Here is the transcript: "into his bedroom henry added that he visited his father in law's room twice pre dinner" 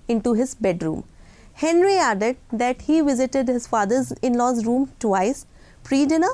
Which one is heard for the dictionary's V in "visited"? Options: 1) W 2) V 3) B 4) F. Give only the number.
2